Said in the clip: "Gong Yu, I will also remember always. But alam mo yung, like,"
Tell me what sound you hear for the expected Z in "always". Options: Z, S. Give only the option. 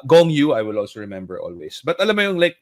S